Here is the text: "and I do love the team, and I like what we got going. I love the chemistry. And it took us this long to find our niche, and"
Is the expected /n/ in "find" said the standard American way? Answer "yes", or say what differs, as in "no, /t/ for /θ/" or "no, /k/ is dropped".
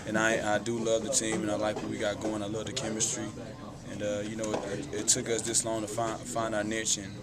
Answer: yes